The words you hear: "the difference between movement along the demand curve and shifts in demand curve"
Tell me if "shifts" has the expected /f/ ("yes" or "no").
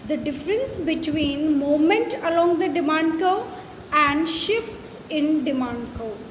yes